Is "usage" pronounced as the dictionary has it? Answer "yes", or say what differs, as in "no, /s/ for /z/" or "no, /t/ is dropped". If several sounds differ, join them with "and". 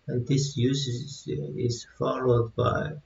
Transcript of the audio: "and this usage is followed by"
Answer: no, /z/ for /dʒ/